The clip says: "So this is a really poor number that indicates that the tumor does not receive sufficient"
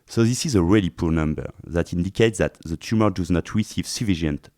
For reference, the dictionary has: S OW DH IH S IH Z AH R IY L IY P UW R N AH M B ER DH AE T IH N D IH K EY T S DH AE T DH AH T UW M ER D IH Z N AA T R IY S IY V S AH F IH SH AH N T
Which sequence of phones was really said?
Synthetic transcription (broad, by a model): S OW DH IH S IH Z AH R IY L IY P UW R N AH M B ER DH AE T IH N D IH K EY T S DH AE T DH AH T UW M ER D IH Z N AA T R IY S IY V S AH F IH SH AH N T